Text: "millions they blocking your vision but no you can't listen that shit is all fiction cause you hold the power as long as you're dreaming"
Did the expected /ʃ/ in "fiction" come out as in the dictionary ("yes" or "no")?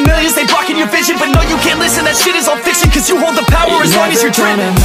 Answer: no